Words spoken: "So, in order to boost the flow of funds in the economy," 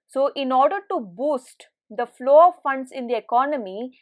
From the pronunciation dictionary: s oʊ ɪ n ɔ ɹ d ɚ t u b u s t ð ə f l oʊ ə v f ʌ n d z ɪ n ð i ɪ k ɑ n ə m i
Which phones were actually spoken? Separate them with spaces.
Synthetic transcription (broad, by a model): s oʊ ɪ n ɔ ɹ d ɚ t u b u s t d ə f l oʊ ə v f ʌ n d s ɪ n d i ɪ k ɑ n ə m i